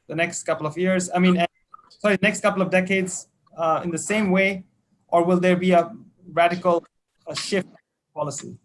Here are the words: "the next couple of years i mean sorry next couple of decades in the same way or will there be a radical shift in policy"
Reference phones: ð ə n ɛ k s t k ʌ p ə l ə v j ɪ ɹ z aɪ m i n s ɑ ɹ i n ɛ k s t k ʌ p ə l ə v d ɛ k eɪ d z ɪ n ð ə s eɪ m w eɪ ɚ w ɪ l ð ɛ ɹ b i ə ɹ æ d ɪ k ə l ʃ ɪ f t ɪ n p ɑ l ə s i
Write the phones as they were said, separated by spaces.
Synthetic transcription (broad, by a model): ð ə n ɛ k s t k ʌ p l ə v j ɪ ɹ z aɪ m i n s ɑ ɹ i n ɛ k s t k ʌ p l ə v d ɛ k eɪ d z ɪ n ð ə s eɪ m w eɪ ɚ w ɪ l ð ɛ ɹ b i ə ɹ æ d ɪ k ə l ʃ ɪ f t p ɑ l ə s i